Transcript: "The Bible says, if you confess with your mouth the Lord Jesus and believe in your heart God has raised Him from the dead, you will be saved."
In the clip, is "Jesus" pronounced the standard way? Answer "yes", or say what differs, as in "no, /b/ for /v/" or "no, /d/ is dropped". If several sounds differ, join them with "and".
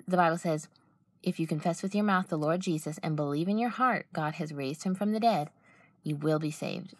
yes